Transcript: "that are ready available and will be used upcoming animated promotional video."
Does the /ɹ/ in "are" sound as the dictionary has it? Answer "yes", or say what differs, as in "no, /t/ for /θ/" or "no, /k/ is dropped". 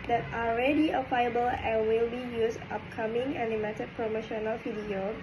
no, /l/ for /ɹ/